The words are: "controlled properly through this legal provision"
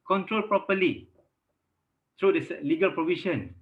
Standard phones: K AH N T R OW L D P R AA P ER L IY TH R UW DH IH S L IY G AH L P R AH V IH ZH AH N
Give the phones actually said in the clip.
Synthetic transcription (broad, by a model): K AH N T R OW L P R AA P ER L IY T R UW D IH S L IY G AH L P R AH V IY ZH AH N